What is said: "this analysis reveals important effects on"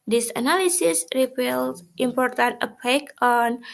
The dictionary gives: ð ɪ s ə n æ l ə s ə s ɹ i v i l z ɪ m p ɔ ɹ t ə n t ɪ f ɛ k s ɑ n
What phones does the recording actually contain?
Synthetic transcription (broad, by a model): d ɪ s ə n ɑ l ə s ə s ɹ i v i l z ɪ m p ɔ ɹ t ə n t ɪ p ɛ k ɑ n